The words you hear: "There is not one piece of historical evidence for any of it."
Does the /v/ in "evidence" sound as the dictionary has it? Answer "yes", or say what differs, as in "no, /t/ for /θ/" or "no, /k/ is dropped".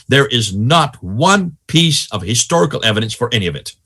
yes